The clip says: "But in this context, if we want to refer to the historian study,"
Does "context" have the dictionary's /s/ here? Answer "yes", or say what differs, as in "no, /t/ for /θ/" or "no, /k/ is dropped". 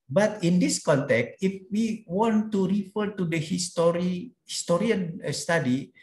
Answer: yes